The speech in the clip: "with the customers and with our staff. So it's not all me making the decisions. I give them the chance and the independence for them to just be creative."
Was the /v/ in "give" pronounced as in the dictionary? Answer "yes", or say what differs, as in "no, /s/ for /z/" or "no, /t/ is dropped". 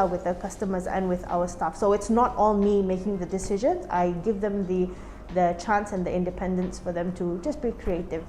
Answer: yes